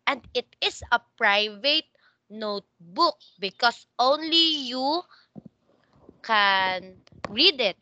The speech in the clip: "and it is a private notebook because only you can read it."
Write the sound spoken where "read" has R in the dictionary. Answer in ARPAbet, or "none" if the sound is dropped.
R